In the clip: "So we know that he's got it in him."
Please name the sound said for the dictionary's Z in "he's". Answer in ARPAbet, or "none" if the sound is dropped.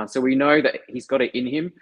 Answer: Z